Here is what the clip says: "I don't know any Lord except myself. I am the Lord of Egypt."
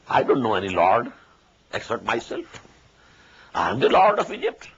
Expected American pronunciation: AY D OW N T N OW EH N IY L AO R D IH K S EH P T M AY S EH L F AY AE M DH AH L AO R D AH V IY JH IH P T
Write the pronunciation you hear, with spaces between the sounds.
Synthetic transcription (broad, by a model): AY D OW N T N OW EH N IY L AO R D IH K S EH T M AY S EH L F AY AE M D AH L AO R D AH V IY JH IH P T